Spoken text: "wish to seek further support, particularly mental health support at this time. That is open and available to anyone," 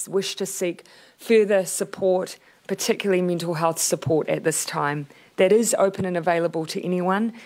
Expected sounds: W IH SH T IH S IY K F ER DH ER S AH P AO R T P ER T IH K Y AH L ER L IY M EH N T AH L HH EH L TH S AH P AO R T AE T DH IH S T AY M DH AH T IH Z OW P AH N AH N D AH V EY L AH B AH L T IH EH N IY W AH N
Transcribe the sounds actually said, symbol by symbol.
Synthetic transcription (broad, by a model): W IH SH T IH S IY K F ER DH ER S AH P AO R T P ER T IH K Y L L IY M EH N T L HH EH L TH S AH P AO R T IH T DH IH S T AY M DH AH T IH Z OW P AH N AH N AH V EY L AH B AH L T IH EH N IY W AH N